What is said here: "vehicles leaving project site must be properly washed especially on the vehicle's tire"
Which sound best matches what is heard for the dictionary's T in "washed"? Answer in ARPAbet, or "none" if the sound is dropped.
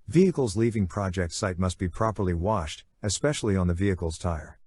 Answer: T